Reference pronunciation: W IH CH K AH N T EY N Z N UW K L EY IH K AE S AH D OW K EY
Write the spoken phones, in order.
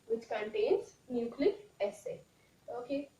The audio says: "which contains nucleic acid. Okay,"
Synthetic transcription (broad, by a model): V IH CH K AH N T EY N Z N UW K L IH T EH S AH OW K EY